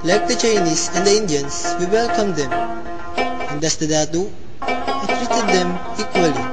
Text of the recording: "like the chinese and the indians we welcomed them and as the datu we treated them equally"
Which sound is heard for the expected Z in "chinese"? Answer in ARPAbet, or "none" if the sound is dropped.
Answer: S